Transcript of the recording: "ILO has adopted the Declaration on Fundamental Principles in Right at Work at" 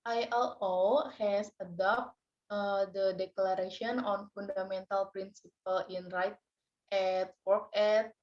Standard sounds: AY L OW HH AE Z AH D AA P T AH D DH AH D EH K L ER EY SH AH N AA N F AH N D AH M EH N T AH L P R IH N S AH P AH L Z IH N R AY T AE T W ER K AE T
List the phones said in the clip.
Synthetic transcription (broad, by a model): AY L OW HH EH S AH D AA P T AH D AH D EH K L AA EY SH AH N AA N F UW N D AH M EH N T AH L P R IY N S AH P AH L IH N R AY T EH T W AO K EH T